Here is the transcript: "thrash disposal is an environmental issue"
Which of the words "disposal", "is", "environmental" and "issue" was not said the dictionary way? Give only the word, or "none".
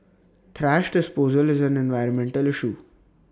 none